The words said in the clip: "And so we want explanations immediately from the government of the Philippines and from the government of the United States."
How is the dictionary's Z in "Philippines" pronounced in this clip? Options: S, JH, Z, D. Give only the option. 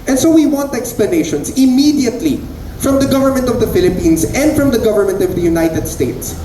S